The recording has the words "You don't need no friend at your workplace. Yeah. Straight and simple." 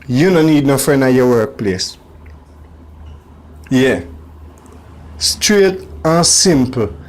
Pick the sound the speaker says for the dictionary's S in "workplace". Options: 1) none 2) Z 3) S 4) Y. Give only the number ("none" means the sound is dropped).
3